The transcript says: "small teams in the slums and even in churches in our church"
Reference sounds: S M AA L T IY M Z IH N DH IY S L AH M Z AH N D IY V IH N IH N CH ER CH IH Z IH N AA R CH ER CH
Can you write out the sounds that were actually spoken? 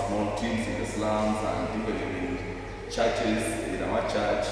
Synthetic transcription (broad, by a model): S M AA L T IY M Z IH N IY S L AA M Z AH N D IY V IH L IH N CH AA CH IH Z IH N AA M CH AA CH